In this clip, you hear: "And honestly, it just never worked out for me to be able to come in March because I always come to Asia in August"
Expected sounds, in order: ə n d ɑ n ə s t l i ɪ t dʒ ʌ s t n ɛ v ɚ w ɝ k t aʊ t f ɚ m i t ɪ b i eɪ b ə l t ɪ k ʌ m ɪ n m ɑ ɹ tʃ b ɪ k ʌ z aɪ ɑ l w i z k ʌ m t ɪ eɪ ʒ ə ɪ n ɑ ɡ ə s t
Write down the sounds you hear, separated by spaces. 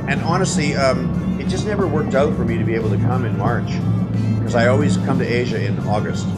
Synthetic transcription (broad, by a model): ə n ɑ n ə s t l i ɪ t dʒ ʌ s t n ɛ v ɚ w ɝ k t aʊ t f ɚ m i t ɪ b i eɪ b l t ɪ k ʌ m ɪ n m ɑ ɹ tʃ k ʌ z aɪ ɑ l w i z k ʌ m t ɪ eɪ ʒ ə ɪ n ɑ ɡ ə s t